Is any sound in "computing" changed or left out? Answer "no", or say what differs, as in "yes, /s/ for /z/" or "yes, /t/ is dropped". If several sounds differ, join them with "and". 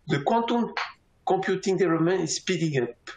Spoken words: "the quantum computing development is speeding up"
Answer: yes, /m/ is dropped